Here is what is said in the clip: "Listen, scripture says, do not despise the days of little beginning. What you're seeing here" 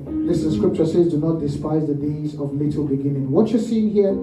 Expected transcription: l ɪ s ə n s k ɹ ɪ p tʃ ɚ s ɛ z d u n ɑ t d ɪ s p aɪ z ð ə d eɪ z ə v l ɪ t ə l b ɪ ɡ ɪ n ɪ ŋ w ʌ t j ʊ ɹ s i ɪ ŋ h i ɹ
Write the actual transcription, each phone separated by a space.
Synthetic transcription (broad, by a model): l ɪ s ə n s k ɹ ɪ p tʃ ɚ s ɛ z d u n ɑ t d ɪ s p aɪ z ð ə d eɪ z ə v l ɪ t ə l b ɪ ɡ ɪ n ɪ ŋ w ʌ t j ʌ s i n h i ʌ